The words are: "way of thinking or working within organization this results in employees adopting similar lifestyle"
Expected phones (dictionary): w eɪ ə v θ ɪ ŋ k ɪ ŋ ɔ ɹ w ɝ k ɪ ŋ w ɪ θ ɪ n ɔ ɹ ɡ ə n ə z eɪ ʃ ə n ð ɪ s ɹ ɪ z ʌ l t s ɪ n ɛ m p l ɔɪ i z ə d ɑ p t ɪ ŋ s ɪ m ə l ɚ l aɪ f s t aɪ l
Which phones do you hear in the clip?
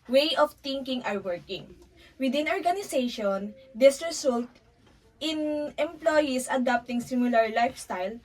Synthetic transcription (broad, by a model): w eɪ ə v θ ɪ ŋ k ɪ ŋ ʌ ɹ w ɝ k ɪ ŋ w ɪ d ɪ n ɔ ɹ ɡ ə n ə s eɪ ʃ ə n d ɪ s ɹ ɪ s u l t ɪ n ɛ m p l ɔɪ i s ə d ɑ p t ɪ ŋ s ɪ m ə l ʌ l aɪ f s t aɪ l